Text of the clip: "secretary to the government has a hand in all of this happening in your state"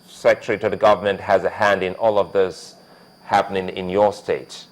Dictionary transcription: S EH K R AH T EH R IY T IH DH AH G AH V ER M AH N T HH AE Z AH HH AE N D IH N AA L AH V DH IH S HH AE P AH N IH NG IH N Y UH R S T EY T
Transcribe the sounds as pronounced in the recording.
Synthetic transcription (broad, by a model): S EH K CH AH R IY T IH DH AH G AH V ER M AH N T HH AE Z AH HH AE N D IH N AA L AH V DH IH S HH AE P AH N IH NG IH N Y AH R S T EY T